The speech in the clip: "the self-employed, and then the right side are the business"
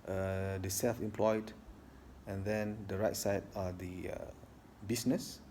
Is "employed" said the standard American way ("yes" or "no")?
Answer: yes